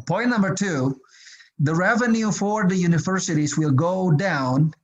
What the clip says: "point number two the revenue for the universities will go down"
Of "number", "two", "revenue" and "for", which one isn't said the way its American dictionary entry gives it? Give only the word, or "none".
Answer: none